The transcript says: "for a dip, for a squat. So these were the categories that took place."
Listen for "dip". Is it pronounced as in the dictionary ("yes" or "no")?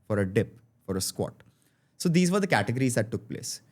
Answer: yes